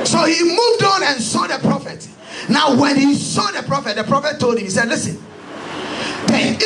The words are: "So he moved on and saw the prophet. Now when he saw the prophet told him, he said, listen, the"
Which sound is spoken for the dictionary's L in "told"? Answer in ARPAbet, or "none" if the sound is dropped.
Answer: L